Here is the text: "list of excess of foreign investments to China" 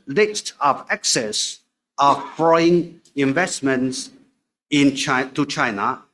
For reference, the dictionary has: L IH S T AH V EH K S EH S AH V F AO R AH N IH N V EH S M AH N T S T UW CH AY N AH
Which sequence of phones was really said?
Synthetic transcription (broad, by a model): L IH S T AH V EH K S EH S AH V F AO AH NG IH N V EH S M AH N T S T UW CH AY N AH